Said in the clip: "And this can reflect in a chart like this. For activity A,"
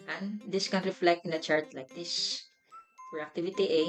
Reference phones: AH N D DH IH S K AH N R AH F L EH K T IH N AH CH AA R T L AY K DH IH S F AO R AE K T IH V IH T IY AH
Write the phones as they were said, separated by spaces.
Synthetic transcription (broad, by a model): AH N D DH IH S K AH N R AH F L EH K T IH N AH CH AA R T L AY K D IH S P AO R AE K T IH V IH T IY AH